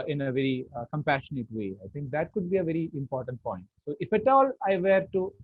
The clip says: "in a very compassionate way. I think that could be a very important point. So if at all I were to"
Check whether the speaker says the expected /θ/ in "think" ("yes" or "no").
no